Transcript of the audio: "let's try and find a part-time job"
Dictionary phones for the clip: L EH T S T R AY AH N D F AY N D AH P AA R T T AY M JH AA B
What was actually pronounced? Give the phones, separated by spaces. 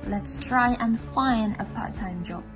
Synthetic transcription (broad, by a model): L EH T S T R AY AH N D F AY N AH P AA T T AY M JH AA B